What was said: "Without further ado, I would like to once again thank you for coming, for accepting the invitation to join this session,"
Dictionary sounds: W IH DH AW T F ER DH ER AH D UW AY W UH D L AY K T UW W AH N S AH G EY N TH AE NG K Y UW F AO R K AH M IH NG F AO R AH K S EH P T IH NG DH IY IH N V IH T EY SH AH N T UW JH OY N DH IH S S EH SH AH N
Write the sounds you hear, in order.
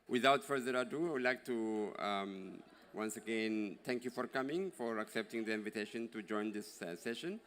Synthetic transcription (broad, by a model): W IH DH AW T F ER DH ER AH D UW AY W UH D L AY K T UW W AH N S AH G EY N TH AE NG K Y UW F AO R K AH M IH NG F AO R AH K S EH P T IH NG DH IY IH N V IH T EY SH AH N T UW JH OY N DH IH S S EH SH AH N